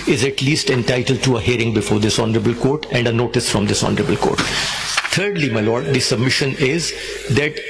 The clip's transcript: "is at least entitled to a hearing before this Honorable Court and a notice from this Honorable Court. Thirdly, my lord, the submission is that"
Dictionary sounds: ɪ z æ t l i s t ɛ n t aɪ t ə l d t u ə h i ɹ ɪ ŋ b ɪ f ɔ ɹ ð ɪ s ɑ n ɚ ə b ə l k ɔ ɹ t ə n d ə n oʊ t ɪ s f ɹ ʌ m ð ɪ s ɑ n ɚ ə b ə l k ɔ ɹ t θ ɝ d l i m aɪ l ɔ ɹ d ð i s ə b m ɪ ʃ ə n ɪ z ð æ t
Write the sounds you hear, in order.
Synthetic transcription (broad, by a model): ɪ z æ t l i s t ɛ n t aɪ t ə l d t u ə h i ɹ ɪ ŋ b ɪ f ɔ ɹ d ɪ s ɑ n ɚ ə b ə l k ɔ ɹ t ə n d ə n oʊ t ɪ s f ɹ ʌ m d ɪ s ɑ n ɚ ə b ə l k ɔ ɹ t t ɝ d l i m aɪ l ɔ ɹ d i s ə b m ɪ ʃ ə n ɪ z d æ t